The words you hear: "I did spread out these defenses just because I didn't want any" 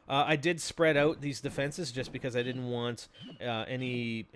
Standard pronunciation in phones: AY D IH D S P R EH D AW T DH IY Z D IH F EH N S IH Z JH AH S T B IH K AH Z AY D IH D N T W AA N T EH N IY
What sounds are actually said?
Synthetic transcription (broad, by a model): AY D IH D S P R EH D AW T DH IY Z D IH F EH N S IH Z JH AH S B IH K AH Z AY D IH D N T W AA N T EH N IY